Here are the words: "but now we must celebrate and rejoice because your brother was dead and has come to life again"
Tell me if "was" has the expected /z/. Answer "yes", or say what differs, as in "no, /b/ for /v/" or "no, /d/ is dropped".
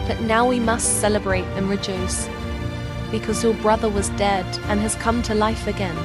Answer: yes